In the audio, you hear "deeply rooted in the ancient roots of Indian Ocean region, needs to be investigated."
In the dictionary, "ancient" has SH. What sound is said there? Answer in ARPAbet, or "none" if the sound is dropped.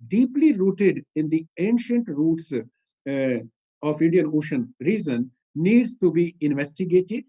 SH